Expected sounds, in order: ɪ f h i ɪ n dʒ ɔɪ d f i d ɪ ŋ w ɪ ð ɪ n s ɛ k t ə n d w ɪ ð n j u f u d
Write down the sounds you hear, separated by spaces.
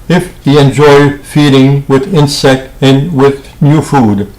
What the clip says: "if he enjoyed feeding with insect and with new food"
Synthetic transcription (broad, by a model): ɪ f h i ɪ n dʒ ɔɪ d f i d ɪ ŋ w ɪ ð ɪ n s ɛ k t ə n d w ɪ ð n j u f u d